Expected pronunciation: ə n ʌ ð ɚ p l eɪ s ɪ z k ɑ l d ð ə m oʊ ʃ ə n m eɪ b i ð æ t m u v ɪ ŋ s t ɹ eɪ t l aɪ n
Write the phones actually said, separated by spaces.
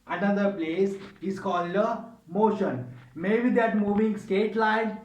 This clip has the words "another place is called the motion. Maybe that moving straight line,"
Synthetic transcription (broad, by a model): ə n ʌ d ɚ p l eɪ s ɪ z k ɑ l d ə m oʊ ʃ ə n m eɪ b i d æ t m u v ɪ ŋ s t eɪ t l aɪ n